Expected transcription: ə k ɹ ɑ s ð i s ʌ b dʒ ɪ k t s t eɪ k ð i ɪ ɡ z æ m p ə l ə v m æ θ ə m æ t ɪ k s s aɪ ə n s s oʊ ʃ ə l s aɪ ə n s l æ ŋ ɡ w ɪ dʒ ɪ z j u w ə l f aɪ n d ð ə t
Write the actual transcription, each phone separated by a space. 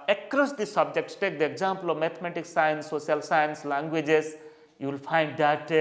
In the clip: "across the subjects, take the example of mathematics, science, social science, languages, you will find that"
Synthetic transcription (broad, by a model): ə k ɹ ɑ s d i s ʌ b dʒ ɪ k t s t eɪ k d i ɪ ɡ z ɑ m p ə l ə v m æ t m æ t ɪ k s s aɪ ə n s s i ə l s aɪ ə n s l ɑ ŋ ɡ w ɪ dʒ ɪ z j u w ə l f aɪ n d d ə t